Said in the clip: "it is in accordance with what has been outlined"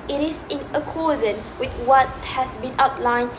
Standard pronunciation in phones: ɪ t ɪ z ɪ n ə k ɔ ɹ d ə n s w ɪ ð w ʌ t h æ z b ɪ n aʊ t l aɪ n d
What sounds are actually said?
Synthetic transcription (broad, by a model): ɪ t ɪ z ɪ n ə k ɔ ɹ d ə n w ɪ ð w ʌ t h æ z b ɪ n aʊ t l aɪ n